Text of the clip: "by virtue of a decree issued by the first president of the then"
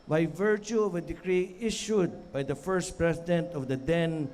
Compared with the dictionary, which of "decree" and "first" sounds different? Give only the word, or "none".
none